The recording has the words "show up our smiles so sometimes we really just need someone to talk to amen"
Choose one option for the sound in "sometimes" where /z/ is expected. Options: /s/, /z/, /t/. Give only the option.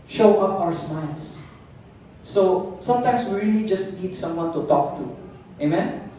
/s/